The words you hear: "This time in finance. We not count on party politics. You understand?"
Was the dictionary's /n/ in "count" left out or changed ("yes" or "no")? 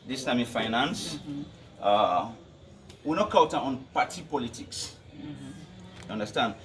yes